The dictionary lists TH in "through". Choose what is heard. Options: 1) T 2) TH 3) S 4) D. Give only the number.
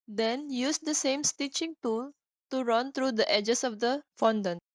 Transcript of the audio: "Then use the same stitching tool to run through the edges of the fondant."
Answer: 1